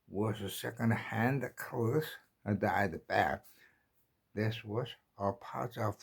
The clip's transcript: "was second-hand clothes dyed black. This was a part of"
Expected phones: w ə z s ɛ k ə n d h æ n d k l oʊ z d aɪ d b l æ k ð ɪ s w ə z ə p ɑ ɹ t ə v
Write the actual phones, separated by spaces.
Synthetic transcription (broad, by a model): w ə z s ɛ k ə n d h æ n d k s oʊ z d aɪ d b æ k ð ɪ s w ə z ə p ɑ ɹ t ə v